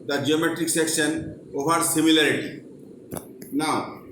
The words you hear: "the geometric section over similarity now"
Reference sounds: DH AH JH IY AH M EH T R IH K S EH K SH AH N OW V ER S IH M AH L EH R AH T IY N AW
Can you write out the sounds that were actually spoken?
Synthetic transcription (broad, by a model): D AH JH IY AH M EH T R IH K S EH K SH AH N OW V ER S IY M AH L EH R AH T IY N AW